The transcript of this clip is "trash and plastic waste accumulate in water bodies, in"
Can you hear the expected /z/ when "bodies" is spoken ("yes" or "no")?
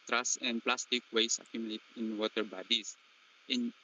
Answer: no